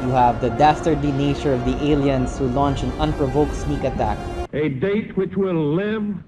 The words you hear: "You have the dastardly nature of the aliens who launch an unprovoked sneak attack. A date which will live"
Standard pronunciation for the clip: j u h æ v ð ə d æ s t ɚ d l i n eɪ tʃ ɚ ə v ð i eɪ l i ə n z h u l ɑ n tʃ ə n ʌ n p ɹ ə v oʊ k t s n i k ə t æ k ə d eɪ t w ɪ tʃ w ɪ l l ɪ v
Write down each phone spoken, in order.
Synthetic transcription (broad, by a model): j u h æ v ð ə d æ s t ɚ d i n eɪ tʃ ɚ ə v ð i eɪ l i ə n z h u l ɑ n tʃ ə n ʌ n p ɹ ə v oʊ k t s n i k ə t æ k ə d eɪ t w ɪ tʃ w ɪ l l ɪ v